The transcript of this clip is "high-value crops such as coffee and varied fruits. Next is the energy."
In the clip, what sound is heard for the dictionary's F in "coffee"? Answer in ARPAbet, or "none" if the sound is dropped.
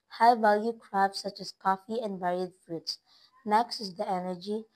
F